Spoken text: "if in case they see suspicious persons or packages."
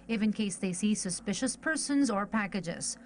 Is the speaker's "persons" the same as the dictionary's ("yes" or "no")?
yes